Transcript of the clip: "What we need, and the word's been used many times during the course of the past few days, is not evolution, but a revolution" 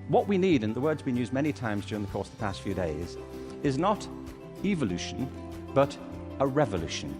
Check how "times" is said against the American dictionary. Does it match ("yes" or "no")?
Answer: yes